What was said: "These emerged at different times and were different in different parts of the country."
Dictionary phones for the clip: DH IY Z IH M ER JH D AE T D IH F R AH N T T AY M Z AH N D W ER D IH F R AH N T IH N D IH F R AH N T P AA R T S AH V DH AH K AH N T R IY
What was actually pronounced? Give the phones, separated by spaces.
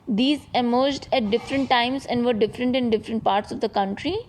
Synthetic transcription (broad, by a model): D IY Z IH M ER JH D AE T D IH F R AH N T T AY M Z AH N D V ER D IH F R AH N T IH N D IH F R AH N T P AA R T S AH V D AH K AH N T R IY